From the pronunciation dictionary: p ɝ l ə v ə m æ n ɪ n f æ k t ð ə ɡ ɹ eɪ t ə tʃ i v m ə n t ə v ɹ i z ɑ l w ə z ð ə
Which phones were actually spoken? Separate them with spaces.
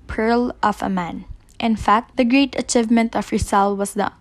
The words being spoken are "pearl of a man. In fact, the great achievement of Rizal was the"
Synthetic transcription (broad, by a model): p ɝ l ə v ə m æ n ɪ n f æ k t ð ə ɡ ɹ eɪ t ə tʃ i v m ə n t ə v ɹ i s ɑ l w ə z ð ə